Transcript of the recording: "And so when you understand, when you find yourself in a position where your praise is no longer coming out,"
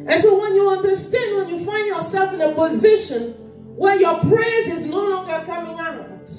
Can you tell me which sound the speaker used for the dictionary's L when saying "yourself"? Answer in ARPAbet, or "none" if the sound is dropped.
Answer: L